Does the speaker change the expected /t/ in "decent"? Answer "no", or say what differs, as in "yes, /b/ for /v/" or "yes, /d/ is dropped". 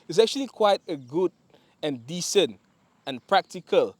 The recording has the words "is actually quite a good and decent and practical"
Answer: no